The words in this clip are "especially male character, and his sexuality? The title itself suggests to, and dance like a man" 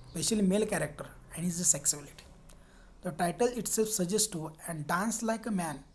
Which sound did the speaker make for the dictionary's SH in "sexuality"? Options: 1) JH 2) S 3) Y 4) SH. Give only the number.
2